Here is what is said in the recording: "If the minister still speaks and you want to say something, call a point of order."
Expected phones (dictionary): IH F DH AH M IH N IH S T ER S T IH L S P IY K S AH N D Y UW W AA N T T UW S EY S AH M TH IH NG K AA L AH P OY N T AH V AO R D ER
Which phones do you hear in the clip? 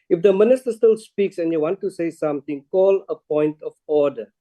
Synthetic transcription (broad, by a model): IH F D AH M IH N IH S T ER S T IH L S P IY K S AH N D Y UW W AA N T T UW S EY S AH M T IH NG K AA L AH P OY N T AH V AO D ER